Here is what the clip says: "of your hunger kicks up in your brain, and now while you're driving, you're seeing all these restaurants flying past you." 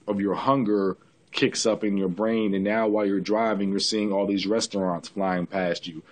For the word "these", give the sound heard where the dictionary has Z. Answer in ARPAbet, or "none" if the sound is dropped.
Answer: Z